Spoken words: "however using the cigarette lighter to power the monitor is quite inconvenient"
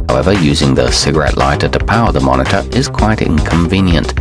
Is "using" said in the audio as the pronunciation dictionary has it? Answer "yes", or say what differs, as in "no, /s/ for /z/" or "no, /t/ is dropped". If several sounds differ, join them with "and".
yes